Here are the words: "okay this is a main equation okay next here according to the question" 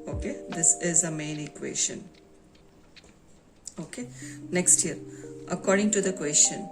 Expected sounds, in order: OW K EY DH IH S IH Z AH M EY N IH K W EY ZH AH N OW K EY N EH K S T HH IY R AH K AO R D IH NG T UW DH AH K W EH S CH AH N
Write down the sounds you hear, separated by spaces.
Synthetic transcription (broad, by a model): OW K EY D IH S IH Z AH M EY N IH K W EY SH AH N OW K EY N EH K S T HH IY R AH K AO R D IH NG T UW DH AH K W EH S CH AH N